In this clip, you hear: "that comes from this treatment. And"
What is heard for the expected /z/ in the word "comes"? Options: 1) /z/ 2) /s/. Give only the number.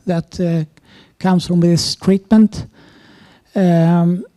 2